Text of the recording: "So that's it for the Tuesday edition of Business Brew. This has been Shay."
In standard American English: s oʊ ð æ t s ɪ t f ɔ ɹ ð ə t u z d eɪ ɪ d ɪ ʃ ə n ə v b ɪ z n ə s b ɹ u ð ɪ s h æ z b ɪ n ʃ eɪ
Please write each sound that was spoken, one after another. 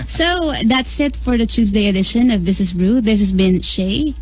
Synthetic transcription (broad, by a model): s oʊ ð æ t s ɪ t f ɔ ɹ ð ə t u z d eɪ ɪ d ɪ ʃ ə n ə v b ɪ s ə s b ɹ u ð ɪ s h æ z b ɪ n ʃ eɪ